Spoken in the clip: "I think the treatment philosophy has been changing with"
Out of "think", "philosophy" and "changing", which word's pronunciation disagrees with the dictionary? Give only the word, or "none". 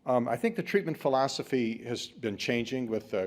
none